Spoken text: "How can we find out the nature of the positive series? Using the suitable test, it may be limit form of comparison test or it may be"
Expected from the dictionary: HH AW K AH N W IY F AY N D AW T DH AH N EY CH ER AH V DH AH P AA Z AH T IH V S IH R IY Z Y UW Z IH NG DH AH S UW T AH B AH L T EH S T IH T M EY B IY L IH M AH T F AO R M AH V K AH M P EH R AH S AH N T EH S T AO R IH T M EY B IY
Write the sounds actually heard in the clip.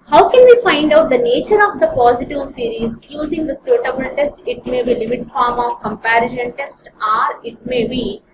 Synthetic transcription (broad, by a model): HH AW K AH N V IY F AY N D AW T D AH N EY CH ER AH V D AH P AA Z AH T IH V S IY R IY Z Y UW Z IH NG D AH S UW T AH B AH N T EH S T IH T M EY B IY L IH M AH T F AO R M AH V K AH M P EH R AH SH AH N T EH S T AO R IH T M EY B IY